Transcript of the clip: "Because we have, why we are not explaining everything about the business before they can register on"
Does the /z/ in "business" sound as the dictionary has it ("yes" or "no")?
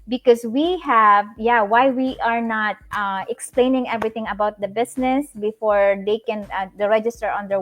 no